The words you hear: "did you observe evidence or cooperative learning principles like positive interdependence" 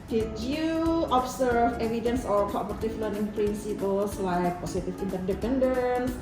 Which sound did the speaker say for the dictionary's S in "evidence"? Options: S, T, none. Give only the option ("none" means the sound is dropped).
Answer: S